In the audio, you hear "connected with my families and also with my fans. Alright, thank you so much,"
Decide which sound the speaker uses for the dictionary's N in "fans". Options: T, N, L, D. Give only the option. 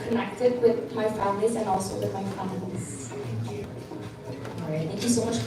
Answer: L